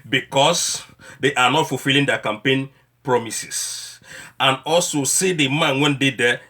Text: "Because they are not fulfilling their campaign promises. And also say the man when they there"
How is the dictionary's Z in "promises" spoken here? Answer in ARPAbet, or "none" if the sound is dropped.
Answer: S